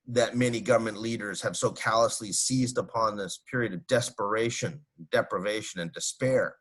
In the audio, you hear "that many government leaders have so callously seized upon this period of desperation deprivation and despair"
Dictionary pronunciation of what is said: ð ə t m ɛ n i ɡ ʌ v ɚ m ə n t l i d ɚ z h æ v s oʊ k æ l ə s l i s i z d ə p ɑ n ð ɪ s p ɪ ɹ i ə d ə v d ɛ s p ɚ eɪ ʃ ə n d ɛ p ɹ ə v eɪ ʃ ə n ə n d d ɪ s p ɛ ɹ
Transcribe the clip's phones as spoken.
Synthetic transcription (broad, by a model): ð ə t m ɛ n i ɡ ʌ v ɚ m ə n t l i d ɚ z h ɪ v s oʊ k æ l ə s l i s i z d ə p ɑ n ð ɪ s p ɪ ɹ i ə d ə v d ɛ s p ɚ eɪ ʃ ə n d ɛ p ɹ ə v eɪ ʃ ə n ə n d d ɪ s p ɛ ɹ